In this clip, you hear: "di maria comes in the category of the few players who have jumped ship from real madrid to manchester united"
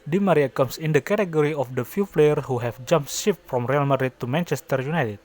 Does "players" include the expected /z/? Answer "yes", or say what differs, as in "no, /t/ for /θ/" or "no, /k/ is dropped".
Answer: no, /z/ is dropped